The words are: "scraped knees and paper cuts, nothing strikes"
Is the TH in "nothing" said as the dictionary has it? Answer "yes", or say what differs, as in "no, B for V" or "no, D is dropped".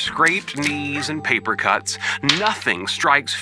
yes